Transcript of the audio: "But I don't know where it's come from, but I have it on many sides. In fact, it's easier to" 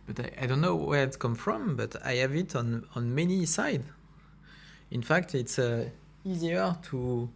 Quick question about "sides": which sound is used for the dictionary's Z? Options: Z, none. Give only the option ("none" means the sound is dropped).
none